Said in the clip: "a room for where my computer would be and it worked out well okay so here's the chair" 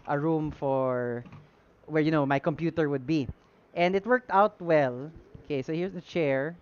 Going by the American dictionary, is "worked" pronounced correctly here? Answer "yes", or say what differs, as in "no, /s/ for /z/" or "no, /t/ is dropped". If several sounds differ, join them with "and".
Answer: yes